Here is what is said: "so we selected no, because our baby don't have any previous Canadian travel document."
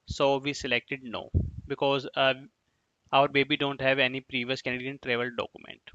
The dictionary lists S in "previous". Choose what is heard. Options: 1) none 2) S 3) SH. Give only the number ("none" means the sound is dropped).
2